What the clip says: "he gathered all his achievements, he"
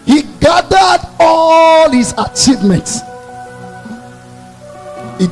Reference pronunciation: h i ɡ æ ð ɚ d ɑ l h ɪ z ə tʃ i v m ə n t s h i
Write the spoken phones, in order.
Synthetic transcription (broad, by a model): h i ɡ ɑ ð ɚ d ɑ l h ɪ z ə tʃ i v m ə n t s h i